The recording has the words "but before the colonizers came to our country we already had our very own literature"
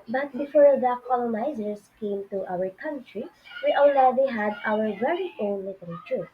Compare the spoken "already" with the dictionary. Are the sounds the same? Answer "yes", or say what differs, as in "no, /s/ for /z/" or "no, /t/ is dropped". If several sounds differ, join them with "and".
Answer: no, /l/ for /ɹ/